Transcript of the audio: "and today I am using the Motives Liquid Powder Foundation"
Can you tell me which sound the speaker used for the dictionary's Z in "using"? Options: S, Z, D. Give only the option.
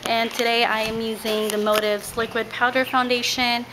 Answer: Z